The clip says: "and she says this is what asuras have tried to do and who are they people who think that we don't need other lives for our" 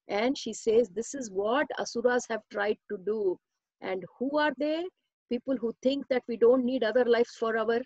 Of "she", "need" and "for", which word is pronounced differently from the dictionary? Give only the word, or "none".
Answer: none